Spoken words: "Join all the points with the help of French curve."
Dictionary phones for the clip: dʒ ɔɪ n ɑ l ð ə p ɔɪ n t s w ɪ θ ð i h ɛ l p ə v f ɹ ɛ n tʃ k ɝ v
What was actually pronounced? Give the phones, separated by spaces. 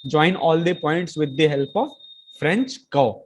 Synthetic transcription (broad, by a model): dʒ ɔɪ n ɑ l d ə p ɔɪ n t s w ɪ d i h ɛ l p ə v f ɹ ɛ n tʃ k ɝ